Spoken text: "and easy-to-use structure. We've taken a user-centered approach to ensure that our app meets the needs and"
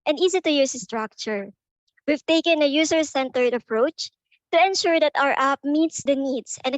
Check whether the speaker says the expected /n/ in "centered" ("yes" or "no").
yes